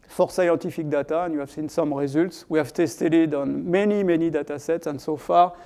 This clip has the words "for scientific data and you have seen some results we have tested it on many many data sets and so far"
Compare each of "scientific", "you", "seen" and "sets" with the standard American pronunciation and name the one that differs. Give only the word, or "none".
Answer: scientific